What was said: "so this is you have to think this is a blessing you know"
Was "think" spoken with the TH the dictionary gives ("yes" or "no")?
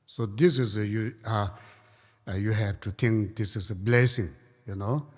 no